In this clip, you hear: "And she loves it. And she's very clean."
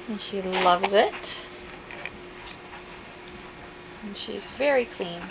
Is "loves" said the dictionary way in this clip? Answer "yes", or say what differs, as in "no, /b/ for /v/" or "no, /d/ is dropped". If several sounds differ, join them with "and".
yes